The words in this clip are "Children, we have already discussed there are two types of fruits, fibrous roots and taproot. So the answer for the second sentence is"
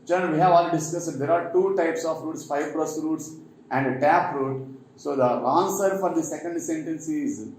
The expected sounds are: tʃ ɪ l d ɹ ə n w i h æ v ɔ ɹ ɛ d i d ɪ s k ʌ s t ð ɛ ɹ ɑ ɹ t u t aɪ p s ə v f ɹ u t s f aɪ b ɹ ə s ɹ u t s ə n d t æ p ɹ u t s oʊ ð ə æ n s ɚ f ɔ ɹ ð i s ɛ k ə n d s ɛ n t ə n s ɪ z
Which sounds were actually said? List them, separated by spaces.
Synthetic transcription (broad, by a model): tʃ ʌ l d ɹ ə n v i h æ v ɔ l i d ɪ s k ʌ s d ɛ ɹ ɑ ɹ t u t aɪ p s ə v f ɹ u t s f aɪ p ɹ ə s ɹ u t s ə n d t æ p ɹ u t s oʊ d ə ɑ n s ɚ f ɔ ɹ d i s ɛ k ə n d s ɛ n t ə n s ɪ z